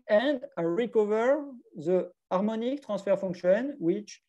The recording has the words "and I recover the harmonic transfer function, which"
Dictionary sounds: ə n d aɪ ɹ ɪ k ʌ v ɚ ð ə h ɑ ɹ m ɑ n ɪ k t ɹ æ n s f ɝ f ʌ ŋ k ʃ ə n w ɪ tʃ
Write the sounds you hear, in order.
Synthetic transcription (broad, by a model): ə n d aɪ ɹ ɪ k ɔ v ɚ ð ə ɑ ɹ m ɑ n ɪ k t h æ s f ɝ f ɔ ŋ k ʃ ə n w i tʃ